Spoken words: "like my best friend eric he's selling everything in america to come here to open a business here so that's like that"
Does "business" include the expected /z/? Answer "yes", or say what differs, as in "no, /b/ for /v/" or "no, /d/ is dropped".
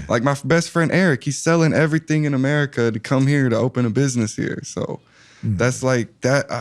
yes